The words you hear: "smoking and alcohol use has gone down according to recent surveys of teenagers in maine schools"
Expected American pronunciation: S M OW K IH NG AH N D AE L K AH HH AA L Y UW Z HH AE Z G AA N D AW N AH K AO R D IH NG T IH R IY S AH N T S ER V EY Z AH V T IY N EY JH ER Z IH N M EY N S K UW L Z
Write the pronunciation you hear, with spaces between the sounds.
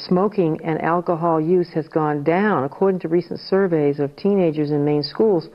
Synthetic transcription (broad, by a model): S M OW K IH NG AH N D AE L K AH HH AA L Y UW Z HH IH Z G AA N D AW N AH K AO R D IH NG T IH R IY S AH N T S ER V EY Z AH V T IY N EY JH ER Z IH N M EY N S K UW L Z